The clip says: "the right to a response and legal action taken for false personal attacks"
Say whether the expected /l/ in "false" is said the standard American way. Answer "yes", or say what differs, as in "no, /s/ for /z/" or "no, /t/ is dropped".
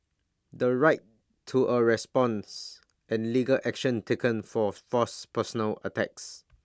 no, /l/ is dropped